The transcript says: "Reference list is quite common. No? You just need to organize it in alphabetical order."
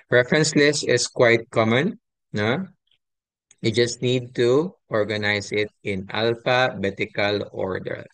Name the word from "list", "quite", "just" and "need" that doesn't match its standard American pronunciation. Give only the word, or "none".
list